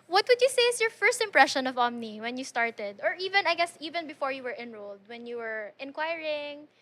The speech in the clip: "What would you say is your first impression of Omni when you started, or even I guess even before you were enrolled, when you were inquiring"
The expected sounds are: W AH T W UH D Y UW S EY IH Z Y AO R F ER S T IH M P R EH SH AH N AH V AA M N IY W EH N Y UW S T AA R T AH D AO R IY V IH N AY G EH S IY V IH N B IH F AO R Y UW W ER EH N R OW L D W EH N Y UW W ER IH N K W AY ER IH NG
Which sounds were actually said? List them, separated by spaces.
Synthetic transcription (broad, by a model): W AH T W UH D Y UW S EY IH S Y AO R F ER S T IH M P R EH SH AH N AH V AA M N IY W EH N Y UW S T AA R T AH D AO R IY V IH N AY G EH S IY V IH N B IH F AO R Y UW W ER EH N R OW L D W EH N Y UW W ER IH N K W AY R IH NG